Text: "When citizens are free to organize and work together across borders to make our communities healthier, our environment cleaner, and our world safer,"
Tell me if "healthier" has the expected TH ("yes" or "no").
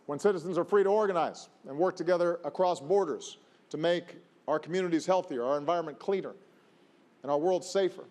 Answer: yes